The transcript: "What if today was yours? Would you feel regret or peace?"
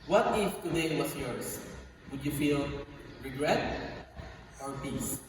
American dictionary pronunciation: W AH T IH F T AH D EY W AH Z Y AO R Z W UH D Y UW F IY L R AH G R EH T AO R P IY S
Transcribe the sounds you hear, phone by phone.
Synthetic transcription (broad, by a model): W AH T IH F T AH D EY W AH S Y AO R S W UH D Y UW F IY L R AH G R EH T AO R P IY S